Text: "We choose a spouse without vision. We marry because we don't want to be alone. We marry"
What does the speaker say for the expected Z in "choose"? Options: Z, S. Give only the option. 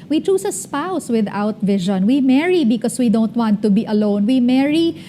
S